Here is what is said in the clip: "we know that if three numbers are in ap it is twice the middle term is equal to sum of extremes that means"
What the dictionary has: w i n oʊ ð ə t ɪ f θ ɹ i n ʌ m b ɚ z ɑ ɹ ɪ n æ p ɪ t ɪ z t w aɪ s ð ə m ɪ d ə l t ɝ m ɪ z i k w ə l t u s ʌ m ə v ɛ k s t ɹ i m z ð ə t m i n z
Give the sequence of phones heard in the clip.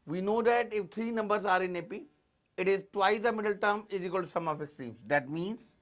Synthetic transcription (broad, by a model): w i n oʊ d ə t ɪ f t ɹ i n ʌ m b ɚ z ɑ ɹ ɪ n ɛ p ɪ t ɪ z t w aɪ s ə m ɪ d ə l t ɝ m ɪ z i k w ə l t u s ʌ m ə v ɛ k s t i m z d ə t m i n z